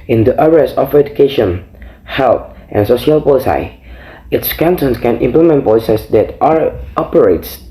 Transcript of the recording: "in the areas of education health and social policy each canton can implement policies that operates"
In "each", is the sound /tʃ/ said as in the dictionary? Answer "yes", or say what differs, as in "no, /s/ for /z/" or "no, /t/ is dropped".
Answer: no, /s/ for /tʃ/